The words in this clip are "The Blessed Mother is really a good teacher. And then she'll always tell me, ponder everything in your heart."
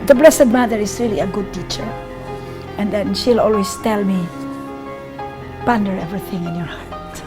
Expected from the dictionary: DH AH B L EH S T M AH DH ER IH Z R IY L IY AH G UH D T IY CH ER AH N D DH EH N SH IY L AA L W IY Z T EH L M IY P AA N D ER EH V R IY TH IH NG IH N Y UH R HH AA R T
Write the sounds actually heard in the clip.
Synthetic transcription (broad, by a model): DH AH B L EH S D M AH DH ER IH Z R IY L IY AH G UH D T IY CH ER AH N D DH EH N SH IY L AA L W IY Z T EH L M IY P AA N D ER EH V R IY TH IH NG IH N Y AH R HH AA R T